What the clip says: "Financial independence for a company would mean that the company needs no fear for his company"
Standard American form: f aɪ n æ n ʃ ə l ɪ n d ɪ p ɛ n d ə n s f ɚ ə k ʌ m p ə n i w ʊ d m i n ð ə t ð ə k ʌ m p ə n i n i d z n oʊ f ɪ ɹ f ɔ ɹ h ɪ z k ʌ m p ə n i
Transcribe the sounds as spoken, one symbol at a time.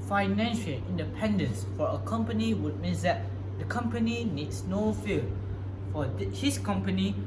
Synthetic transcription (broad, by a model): f aɪ n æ n ʃ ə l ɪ n d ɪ p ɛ n d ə n s f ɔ ə k ʌ m p ə n i w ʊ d m i n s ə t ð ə k ʌ m p ə n i n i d s n oʊ f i l f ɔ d h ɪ s k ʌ m p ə n i